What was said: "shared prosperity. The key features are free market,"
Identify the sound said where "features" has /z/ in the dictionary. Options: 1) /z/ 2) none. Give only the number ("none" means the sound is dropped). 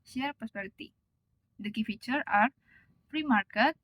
2